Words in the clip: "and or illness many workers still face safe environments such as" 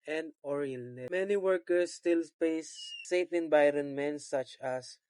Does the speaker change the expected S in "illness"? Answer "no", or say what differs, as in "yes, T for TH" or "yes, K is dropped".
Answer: yes, S is dropped